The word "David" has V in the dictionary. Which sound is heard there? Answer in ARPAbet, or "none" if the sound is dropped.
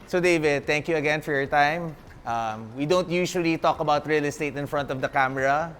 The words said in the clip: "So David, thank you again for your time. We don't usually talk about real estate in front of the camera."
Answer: V